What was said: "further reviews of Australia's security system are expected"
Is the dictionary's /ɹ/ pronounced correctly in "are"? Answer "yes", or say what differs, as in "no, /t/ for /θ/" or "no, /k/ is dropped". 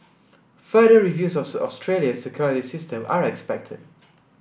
yes